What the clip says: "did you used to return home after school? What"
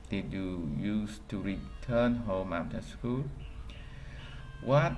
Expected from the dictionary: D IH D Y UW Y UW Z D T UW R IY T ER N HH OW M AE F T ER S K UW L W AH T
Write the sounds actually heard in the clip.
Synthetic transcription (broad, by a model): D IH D Y UW Y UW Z T UW R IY T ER N HH OW M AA T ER S K UW L W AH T